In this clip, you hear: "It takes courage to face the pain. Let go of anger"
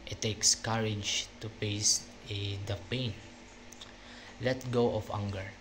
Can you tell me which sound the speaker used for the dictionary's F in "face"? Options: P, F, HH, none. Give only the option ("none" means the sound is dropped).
P